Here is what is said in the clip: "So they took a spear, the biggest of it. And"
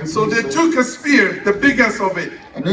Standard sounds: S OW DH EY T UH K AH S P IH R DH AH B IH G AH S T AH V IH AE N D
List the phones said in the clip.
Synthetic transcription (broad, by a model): S OW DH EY T UH K AH S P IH R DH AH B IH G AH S AH V IH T